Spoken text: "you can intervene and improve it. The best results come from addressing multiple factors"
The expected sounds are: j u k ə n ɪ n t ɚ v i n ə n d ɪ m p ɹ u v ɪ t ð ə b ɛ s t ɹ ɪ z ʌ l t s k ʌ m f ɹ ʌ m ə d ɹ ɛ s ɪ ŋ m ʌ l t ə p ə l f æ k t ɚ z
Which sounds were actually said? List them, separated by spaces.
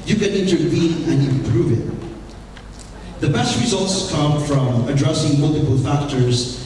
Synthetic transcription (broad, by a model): j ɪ k ə n ɪ n t ɚ v i n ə n ɪ m p ɹ u v ɪ t ð ə b ɛ s t ɹ ɪ z ʌ l t s k ʌ m f ɹ ʌ m ə d ɹ ɛ s ɪ ŋ m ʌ l t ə p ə l f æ k t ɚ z